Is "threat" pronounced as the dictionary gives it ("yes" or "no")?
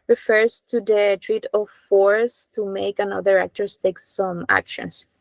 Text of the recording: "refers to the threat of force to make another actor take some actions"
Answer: no